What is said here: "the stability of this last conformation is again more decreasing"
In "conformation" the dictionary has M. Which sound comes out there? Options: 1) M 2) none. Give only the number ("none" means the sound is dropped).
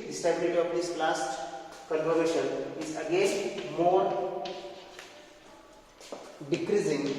2